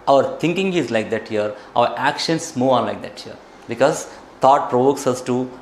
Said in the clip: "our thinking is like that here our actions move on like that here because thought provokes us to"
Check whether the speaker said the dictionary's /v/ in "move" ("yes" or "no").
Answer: no